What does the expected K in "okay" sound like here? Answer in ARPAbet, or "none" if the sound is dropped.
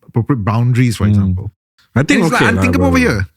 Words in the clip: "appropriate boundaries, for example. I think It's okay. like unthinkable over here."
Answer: none